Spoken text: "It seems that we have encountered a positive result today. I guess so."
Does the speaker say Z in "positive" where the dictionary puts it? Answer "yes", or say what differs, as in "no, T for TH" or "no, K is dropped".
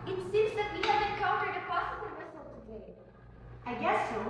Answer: no, S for Z